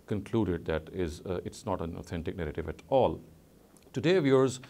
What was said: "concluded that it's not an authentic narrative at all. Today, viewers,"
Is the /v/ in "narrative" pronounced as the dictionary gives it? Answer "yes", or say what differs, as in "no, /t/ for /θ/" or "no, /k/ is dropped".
yes